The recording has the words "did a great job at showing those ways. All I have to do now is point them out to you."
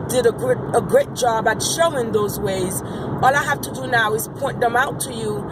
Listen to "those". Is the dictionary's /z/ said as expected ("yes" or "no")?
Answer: yes